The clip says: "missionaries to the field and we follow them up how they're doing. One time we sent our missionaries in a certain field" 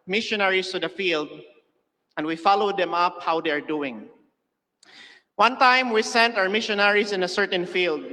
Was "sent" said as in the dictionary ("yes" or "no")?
yes